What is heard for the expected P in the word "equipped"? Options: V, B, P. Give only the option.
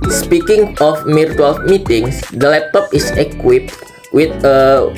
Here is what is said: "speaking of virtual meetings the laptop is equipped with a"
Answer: P